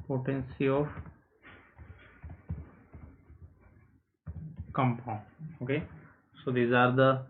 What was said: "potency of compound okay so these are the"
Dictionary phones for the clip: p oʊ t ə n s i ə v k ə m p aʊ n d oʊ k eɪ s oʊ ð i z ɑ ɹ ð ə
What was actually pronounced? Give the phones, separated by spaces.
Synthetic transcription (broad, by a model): p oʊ t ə n s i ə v k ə m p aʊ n oʊ k eɪ s oʊ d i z ɑ ɹ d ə